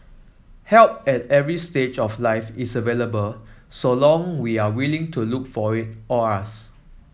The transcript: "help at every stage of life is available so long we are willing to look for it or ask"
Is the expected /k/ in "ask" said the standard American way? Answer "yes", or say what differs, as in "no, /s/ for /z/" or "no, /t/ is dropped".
no, /k/ is dropped